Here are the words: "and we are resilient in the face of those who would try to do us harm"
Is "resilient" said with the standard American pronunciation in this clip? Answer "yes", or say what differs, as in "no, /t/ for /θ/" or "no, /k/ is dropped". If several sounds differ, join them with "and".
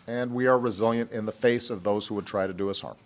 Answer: yes